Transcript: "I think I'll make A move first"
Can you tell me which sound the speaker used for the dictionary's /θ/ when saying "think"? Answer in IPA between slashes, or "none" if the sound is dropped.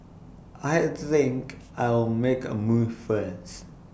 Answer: /θ/